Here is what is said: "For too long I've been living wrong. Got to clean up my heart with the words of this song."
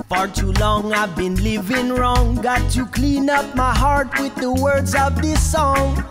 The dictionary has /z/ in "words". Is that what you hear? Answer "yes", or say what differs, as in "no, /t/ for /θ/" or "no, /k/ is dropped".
yes